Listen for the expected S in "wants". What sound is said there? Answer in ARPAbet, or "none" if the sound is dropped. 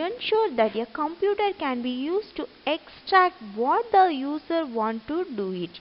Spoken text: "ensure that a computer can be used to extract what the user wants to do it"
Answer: none